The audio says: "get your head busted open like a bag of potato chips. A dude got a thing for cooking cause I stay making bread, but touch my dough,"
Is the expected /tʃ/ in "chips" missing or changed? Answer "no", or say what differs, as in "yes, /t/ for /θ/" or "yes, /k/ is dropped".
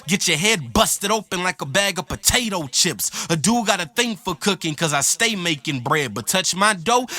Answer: no